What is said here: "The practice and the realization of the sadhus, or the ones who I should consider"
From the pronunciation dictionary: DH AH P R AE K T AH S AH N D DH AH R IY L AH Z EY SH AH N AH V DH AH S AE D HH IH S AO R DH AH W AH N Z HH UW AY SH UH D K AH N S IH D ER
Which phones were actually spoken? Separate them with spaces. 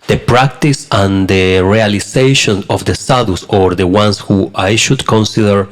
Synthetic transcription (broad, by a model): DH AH P R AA K T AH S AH N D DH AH R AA L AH S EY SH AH N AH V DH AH S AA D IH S AO R DH AH W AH N S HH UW AY SH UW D K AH N S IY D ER